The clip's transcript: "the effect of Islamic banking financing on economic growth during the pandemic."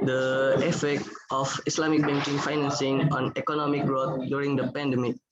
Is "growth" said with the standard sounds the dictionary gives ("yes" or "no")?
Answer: no